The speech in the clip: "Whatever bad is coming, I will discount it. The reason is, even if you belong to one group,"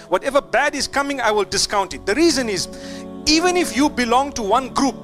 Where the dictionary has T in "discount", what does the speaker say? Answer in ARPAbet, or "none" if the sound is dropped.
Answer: T